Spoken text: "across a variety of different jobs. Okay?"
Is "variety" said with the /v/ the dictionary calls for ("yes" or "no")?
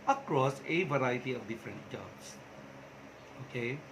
yes